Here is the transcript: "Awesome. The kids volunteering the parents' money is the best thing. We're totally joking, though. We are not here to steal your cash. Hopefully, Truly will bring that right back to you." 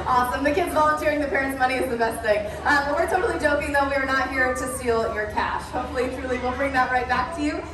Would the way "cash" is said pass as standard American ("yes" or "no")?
yes